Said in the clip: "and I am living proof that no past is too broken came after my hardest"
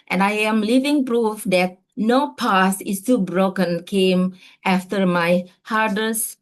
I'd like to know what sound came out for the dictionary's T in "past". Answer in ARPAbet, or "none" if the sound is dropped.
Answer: none